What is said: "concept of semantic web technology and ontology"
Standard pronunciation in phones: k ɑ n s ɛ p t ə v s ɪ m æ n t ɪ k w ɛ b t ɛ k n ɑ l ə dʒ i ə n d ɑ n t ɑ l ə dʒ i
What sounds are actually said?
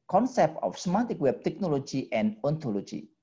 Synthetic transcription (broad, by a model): k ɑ n s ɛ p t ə f s m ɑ t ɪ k w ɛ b t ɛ k n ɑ l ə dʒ i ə n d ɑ n t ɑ l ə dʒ i